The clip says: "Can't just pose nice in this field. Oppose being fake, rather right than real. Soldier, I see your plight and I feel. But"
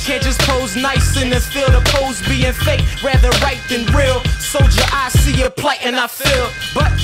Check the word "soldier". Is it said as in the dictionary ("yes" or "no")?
no